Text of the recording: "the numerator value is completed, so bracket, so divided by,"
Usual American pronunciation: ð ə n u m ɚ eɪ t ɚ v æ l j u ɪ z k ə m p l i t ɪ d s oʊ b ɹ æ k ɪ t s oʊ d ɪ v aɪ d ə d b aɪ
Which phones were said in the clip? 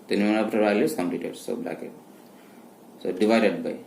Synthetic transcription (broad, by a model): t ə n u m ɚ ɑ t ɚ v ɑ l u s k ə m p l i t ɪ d s oʊ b l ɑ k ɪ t s oʊ d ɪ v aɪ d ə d b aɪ